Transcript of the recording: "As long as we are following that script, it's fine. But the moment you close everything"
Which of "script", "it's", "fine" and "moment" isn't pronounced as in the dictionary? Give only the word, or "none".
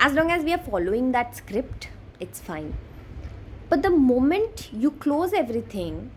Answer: none